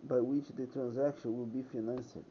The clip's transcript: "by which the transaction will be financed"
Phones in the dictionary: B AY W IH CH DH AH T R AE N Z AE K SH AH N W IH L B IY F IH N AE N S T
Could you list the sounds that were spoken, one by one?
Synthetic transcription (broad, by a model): B AY W IH CH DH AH T R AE N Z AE K SH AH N W IH L B IY F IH N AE N S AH